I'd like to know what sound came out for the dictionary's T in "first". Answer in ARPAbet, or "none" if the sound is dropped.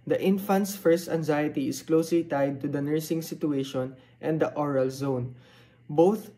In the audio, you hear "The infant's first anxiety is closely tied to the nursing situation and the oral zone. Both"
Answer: T